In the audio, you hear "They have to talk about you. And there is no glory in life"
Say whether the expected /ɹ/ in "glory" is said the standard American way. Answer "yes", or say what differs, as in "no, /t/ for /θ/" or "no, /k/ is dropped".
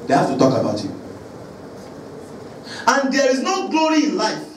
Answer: yes